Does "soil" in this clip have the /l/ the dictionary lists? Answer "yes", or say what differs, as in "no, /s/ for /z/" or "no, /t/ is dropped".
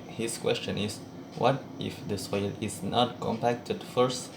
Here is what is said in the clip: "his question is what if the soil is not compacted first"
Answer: yes